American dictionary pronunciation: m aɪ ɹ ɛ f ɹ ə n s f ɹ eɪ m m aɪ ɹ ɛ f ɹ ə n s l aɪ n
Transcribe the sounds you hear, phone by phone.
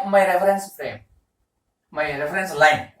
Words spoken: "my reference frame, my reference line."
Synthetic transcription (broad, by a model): m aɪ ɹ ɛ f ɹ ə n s p ɹ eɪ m m aɪ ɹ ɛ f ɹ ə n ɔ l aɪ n